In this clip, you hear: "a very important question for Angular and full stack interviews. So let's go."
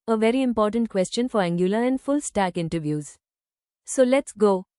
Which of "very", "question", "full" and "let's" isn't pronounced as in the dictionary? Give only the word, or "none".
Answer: none